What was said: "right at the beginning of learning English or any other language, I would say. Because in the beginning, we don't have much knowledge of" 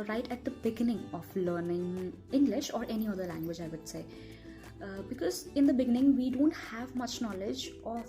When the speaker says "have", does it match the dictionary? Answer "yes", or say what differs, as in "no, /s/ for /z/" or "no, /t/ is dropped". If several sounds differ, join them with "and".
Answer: yes